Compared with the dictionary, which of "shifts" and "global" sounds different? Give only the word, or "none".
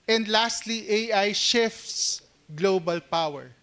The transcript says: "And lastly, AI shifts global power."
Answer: none